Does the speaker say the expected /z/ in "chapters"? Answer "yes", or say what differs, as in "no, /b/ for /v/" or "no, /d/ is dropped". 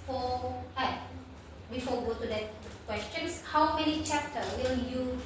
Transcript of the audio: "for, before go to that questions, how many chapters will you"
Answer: no, /z/ is dropped